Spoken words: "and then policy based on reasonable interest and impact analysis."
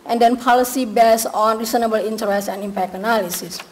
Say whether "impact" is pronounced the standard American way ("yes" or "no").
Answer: no